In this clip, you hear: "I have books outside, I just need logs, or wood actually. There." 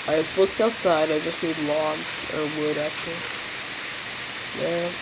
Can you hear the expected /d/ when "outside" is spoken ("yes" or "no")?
yes